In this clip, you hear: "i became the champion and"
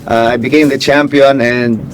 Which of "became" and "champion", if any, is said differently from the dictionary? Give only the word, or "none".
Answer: none